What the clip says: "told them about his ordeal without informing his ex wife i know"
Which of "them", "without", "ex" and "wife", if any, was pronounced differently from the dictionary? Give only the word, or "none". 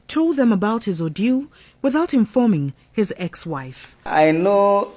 none